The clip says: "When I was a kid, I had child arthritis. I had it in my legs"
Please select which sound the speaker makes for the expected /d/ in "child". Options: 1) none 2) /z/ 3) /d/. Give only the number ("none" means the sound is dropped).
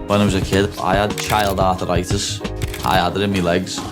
3